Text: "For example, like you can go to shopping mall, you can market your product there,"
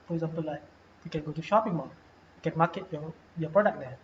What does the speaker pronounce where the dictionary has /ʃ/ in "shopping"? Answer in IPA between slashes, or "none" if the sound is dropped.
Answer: /ʃ/